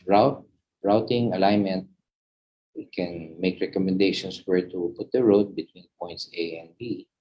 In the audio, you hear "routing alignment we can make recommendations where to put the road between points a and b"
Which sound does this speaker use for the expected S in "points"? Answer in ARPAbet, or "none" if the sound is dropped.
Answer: S